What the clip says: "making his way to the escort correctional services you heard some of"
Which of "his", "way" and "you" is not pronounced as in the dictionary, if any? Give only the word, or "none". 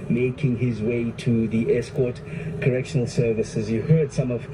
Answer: none